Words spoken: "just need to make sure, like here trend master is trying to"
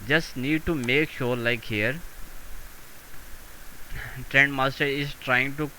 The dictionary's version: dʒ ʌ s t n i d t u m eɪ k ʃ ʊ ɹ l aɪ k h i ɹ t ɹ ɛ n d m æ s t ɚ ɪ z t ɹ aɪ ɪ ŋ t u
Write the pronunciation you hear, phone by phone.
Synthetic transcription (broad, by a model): dʒ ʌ s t n i d t u m eɪ k ʃ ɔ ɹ l aɪ k h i ɹ t ɹ ɛ n d m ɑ s t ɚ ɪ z t ɹ aɪ ɪ ŋ t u